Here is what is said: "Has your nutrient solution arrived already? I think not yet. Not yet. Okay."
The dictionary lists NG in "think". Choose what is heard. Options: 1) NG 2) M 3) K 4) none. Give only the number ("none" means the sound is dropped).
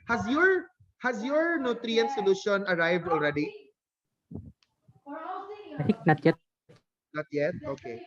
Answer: 4